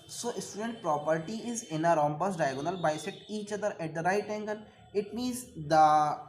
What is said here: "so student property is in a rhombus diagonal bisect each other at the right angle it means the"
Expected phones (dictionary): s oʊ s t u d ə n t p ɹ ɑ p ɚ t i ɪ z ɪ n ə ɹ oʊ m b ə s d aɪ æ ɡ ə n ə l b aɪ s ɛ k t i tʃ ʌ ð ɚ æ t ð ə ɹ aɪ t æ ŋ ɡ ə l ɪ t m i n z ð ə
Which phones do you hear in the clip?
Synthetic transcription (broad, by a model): s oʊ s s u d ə n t p ɹ ɑ p ɚ t i ɪ z ɪ n ə ɹ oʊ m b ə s d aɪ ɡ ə n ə l b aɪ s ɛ t i tʃ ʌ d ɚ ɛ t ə ɹ aɪ t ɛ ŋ ɡ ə l ɪ t m i n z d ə